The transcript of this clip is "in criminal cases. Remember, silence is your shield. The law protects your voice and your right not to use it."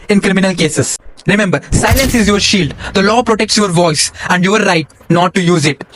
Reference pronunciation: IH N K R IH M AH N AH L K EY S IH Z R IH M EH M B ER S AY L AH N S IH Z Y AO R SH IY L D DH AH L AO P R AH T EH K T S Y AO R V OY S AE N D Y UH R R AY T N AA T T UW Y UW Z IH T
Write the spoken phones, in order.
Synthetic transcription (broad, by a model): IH N K R IH M AH N AH L K EY S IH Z R IH M EH M B ER S AY L AH N S IH Z Y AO R SH IY L D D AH L AO P R AH T EH K T S Y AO R V OY S AE N D Y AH R R AY T N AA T T UW Y UW Z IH T